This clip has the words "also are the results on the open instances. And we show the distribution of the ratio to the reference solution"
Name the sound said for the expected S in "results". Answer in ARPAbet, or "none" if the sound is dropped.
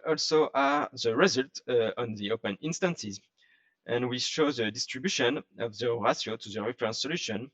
none